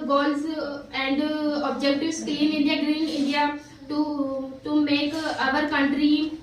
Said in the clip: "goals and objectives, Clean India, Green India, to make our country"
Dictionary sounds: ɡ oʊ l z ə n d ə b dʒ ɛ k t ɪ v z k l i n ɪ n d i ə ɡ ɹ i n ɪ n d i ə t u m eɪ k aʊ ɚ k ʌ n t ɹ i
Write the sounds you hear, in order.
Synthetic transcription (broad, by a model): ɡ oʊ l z ə n d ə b dʒ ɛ k t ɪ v s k i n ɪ n d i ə ɡ ɹ i n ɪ n d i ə t u m eɪ k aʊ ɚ k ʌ n t ɹ i